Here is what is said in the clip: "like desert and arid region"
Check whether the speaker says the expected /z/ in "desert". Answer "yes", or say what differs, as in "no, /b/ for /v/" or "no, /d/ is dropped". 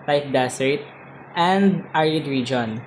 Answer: no, /s/ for /z/